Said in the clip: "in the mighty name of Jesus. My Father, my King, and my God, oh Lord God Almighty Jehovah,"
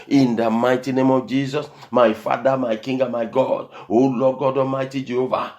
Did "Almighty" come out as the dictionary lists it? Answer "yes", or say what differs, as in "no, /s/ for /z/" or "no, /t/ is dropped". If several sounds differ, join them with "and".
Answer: no, /l/ is dropped